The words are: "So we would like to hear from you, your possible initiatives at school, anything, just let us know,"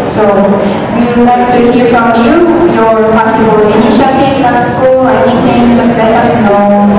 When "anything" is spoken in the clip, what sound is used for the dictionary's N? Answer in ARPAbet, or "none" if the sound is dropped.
none